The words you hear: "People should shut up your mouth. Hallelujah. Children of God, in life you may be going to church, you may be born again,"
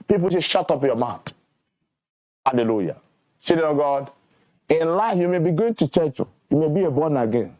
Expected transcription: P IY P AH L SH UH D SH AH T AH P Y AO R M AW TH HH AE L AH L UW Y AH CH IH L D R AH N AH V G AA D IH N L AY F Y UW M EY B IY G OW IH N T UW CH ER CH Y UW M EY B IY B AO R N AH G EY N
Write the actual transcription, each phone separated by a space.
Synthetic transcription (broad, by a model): P IY P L S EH SH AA T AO P Y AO M AW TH HH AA L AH L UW Y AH S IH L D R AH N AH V G AA D IH N L AY F Y UW M EY B IY G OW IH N T UW CH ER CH Y UW M EY B IY B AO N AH G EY N